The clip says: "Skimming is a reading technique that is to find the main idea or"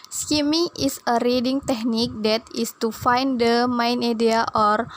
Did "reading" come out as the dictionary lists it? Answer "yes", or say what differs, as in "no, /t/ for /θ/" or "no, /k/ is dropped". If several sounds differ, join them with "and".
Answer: yes